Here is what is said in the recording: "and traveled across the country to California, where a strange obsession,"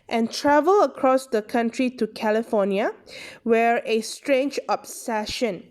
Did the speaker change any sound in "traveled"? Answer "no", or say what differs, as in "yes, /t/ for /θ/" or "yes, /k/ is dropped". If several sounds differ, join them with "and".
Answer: yes, /d/ is dropped